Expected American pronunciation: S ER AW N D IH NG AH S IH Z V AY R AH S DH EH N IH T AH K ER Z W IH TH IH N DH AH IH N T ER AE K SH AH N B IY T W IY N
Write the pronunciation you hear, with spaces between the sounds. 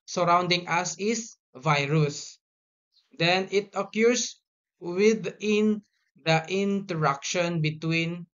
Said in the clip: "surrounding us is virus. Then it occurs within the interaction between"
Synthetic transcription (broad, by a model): S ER AW N D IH NG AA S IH S V AY R AH S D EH N IH T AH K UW S W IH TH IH N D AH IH N T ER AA K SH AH N B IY T W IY N